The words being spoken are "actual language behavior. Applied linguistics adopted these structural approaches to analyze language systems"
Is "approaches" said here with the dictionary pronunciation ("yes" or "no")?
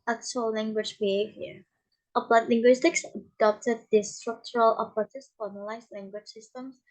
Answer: no